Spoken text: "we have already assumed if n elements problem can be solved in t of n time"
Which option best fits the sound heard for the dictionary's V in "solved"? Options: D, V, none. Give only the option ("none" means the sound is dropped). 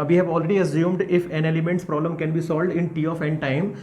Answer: V